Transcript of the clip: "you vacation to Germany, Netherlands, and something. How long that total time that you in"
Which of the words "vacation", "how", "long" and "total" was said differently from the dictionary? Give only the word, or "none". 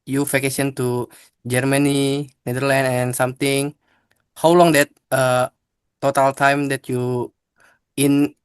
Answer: vacation